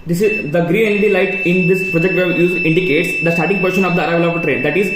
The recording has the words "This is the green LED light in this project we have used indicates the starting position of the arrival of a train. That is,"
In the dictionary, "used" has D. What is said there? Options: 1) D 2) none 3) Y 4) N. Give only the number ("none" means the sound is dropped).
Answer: 2